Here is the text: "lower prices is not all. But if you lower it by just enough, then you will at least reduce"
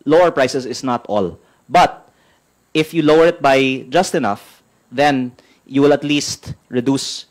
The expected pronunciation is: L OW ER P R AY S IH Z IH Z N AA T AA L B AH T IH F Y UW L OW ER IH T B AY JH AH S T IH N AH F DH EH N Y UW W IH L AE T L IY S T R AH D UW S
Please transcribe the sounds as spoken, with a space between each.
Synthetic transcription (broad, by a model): L OW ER P R AY S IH S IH S N AA T AA L B AH T IH F Y UW L OW ER IH T B AY JH AH S T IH N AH F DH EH N Y UW W IH L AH T L IY S T R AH D UW S